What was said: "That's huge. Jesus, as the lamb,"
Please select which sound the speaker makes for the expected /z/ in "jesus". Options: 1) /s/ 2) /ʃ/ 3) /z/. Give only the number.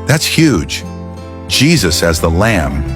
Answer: 3